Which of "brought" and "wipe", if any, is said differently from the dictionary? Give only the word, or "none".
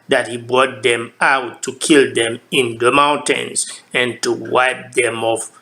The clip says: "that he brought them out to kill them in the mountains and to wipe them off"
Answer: none